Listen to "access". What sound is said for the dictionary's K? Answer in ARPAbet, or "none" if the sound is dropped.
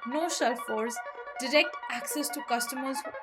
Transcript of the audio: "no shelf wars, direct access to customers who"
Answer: K